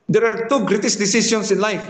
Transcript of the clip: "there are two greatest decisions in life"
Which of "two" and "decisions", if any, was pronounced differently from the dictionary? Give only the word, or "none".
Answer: decisions